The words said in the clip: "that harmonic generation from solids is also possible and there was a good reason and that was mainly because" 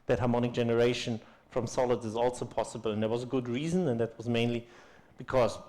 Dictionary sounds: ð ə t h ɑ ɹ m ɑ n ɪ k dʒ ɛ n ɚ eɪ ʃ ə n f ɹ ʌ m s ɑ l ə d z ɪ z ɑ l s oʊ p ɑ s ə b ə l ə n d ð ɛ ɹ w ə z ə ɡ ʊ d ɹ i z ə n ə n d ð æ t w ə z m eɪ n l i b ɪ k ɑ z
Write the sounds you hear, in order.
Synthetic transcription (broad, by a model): ð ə t h ɑ ɹ m ɑ n ɪ k dʒ ɛ n ɚ eɪ ʃ ə n f ɹ ʌ m s ɑ l ə d z ɪ z ɑ l s oʊ p ɑ s ə b ə l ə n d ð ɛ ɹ w ə z ə ɡ ʊ d ɹ i z ə n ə n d ð æ t w ə z m eɪ n l i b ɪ k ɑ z